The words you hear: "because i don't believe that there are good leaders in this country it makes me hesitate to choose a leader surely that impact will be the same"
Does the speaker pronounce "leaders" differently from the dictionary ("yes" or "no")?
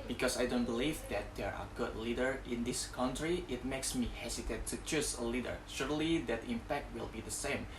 yes